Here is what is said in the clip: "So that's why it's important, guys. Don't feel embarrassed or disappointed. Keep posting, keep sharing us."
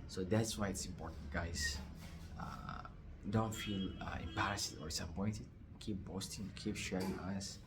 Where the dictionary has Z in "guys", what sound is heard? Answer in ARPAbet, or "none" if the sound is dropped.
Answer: S